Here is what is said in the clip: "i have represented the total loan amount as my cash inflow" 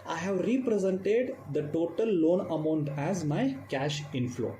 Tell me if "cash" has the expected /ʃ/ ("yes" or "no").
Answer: yes